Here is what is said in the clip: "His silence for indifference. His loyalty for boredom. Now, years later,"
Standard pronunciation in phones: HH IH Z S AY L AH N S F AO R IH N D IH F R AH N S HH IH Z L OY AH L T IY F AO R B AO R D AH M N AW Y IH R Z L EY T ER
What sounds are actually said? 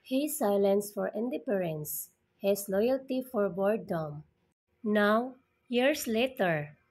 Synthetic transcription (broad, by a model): HH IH S AY L AH N S F AO R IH N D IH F R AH N S HH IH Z L OY AH L T IY F AO R B AO R D AH M N AW Y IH R S L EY T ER